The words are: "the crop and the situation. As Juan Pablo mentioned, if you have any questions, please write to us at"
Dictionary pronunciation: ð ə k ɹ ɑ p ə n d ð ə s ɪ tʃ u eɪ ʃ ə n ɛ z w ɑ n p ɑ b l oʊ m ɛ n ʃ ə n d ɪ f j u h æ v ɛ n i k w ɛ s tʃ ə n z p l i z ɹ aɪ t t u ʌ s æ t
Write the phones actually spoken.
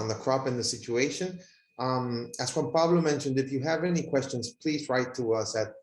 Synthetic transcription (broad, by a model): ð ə k ɹ ɑ p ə n ð ə s ɪ tʃ u eɪ ʃ ə n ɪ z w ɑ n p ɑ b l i m ɛ n ʃ ə n d ɪ f j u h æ v ɛ n i k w ɛ s tʃ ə n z p l i z ɹ aɪ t t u ʌ s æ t